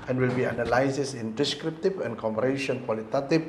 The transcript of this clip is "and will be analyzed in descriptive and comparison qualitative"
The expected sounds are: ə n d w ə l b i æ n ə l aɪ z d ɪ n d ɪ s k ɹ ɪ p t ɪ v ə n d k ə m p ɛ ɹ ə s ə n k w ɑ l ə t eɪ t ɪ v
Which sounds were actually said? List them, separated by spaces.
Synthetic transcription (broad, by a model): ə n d w ə l b i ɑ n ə l aɪ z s ɪ n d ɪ s k ɹ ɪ p t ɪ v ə n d k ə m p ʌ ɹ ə ʃ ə n k w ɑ l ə t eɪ t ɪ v